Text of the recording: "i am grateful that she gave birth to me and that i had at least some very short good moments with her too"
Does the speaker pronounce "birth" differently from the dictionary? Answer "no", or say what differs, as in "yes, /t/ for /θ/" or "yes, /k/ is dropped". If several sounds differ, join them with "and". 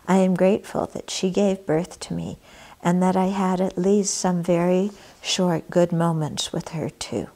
no